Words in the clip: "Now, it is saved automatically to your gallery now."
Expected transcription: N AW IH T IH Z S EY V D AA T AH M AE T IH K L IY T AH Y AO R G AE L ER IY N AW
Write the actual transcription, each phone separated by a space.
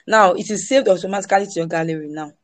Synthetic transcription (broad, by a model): N AW IH T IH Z S EY V D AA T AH M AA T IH K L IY T AH Y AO G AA L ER IY N AW